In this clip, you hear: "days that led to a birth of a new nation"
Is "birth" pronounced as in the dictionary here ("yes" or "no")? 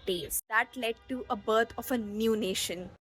no